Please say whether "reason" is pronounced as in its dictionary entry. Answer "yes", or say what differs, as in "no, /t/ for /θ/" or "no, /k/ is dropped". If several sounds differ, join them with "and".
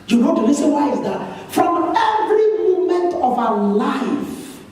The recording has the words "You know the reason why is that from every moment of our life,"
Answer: no, /l/ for /ɹ/ and /s/ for /z/